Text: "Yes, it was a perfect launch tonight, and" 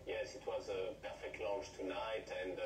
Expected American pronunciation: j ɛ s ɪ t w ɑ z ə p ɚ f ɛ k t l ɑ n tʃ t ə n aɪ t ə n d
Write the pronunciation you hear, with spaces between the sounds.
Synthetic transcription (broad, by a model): j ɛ s ɪ t w ɑ z ə p ɚ f ɛ k t l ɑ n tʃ t ə n aɪ t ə n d